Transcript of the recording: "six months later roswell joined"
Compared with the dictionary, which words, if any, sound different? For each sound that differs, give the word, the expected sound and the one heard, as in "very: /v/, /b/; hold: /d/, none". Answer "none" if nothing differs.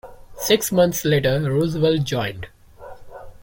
months: /θ/, /t/